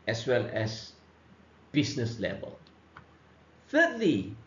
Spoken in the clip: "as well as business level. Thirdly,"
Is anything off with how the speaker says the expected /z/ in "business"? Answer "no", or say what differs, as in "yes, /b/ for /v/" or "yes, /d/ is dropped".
yes, /s/ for /z/